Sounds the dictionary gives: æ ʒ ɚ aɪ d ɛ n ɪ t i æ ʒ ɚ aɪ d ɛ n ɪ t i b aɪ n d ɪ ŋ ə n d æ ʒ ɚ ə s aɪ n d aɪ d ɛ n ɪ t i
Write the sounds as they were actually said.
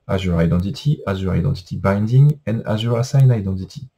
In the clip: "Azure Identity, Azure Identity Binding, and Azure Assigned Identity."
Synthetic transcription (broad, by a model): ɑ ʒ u aɪ d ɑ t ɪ t i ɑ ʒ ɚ aɪ d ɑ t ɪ t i b aɪ n d ɪ ŋ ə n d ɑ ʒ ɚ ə s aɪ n aɪ d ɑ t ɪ t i